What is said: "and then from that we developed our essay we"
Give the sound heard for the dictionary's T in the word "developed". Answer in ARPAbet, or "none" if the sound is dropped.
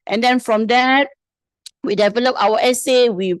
none